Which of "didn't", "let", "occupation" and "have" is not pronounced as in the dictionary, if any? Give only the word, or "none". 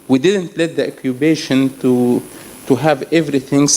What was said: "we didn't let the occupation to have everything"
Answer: occupation